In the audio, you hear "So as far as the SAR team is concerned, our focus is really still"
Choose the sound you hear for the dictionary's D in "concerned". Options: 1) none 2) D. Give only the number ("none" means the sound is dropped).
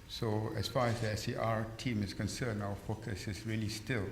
1